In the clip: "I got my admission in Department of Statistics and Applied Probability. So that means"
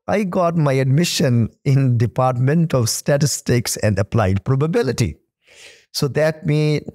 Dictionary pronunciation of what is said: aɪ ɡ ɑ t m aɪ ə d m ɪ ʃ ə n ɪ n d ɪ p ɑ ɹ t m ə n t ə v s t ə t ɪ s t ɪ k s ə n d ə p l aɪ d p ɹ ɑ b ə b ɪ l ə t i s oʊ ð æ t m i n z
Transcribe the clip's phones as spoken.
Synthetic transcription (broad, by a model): aɪ ɡ ɑ t m aɪ ə d m ɪ ʃ ə n ɪ n d ɪ p ɑ ɹ t m ə n t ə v s t ə t ɪ s t ɪ k s ə n d ə p l aɪ d p ɹ ɑ b ə b ɪ l ə t i s oʊ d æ t m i